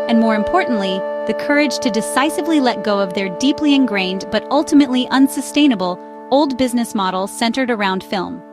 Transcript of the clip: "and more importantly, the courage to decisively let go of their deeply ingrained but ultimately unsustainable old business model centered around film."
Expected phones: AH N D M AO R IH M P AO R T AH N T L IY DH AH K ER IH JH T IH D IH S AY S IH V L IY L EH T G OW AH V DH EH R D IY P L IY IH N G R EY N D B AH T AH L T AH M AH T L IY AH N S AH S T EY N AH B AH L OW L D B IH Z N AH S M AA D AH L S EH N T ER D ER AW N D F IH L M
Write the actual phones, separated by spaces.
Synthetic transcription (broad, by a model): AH N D M AO R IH M P AO R T N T L IY DH AH K ER IH JH T IH D IH S AY S IH V L IY L EH T G OW AH V DH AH R D IY P L IY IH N G R EY N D B AH T AH L T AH M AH T L IY AH N S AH S T EY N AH B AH L OW L D B IH Z N AH S M AA D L S EH N T ER D ER AW N D F IH L M